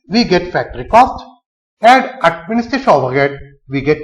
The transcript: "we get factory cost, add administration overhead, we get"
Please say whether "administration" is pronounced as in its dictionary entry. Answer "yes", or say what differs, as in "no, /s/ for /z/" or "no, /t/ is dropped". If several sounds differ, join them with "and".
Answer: no, /ɹ/ is dropped